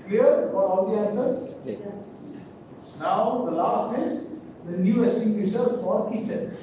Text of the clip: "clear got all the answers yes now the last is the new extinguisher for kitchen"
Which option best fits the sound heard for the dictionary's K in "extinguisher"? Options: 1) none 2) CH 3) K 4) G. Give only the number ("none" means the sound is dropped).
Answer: 1